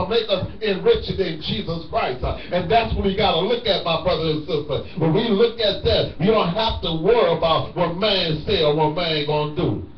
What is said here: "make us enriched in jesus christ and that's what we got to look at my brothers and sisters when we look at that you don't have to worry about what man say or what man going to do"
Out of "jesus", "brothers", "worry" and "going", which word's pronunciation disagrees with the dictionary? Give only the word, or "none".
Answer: brothers